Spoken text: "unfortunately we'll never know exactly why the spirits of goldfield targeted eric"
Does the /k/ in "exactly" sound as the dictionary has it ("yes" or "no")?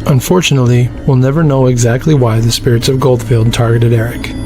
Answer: yes